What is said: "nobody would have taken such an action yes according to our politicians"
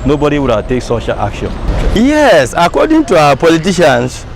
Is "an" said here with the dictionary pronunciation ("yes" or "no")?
no